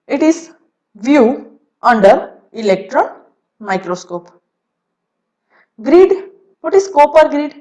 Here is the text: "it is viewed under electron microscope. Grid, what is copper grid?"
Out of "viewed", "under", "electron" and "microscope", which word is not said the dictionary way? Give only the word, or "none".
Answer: viewed